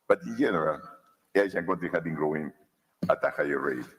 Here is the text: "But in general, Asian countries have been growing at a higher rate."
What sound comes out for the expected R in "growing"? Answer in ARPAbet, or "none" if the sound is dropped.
R